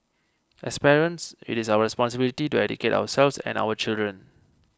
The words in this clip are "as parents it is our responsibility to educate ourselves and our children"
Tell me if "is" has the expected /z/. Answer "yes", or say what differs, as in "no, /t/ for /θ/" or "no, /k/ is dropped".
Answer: no, /s/ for /z/